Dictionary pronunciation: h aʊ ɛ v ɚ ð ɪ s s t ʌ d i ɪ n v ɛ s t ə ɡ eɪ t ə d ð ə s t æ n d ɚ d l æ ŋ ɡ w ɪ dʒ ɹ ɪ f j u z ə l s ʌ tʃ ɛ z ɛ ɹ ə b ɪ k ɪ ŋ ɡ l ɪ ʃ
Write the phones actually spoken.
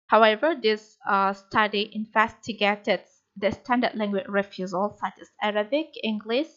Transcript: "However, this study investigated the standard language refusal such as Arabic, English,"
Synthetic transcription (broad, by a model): h aʊ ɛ v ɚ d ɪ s s t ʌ d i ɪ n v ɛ s t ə ɡ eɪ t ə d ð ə s t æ n d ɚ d l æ ŋ ɡ w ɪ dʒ ɹ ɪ f j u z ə l s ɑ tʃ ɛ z ɛ ɹ ə b ɪ k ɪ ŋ ɡ l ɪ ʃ